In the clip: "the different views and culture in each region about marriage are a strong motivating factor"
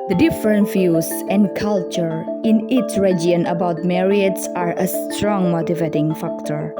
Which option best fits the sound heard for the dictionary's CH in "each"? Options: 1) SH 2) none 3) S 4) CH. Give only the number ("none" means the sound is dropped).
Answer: 3